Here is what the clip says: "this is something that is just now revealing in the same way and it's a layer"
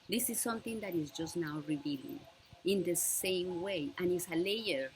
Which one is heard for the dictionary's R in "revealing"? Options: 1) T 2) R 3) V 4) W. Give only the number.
2